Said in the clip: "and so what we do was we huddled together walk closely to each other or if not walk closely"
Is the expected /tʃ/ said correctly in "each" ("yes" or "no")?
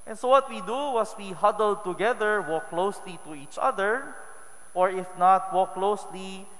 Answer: yes